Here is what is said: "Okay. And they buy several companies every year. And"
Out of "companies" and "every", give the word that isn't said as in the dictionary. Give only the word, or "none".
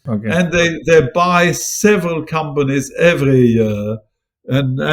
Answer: none